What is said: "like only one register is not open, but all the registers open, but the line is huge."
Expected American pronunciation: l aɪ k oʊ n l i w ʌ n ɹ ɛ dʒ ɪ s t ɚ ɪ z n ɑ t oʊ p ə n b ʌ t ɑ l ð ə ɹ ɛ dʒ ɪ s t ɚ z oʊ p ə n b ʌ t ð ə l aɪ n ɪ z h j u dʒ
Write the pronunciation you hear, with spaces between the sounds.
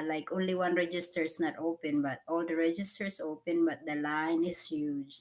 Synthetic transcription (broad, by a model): l aɪ k oʊ n l i w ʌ n ɹ ɛ dʒ ɪ s t ɚ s n ɑ t oʊ p ə n b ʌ t ɑ l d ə ɹ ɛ dʒ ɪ s t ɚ s oʊ p ə n b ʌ t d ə l aɪ n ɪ s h j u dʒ